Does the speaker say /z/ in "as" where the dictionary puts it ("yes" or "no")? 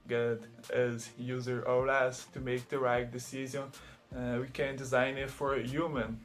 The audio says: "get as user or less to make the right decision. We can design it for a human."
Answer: yes